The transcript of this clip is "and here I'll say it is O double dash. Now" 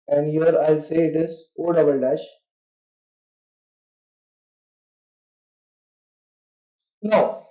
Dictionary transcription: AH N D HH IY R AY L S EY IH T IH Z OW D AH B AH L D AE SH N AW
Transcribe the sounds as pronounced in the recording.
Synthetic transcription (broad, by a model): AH N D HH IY R AY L S EY IH T IH Z OW D AH B AH L D AE SH N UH